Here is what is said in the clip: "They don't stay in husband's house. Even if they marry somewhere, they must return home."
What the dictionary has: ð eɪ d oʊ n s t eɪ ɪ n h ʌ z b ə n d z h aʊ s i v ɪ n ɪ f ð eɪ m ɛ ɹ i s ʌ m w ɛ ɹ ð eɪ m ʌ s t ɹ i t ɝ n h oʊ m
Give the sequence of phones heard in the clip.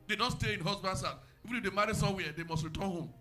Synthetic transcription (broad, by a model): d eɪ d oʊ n s t eɪ ɪ n h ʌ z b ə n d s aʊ i v ɪ n ɪ f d eɪ m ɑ ɹ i s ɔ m w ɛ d eɪ m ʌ s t ɹ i t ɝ n h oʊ m